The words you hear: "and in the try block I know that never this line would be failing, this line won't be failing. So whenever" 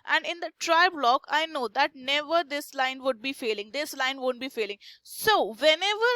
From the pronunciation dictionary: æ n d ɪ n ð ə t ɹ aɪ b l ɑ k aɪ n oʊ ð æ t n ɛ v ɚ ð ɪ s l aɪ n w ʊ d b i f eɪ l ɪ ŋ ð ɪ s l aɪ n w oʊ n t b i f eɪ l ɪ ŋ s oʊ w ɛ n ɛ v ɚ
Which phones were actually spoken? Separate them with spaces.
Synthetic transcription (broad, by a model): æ n d ɪ n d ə t ɹ aɪ b l ɑ k aɪ n oʊ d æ t n ɛ v ɚ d ɪ s l aɪ n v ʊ d b i f eɪ l ɪ ŋ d ɪ s l aɪ n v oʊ n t b i f eɪ l ɪ ŋ s oʊ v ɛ n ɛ v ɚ